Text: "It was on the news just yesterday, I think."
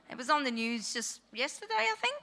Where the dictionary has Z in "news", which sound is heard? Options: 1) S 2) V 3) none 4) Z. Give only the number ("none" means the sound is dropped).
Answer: 4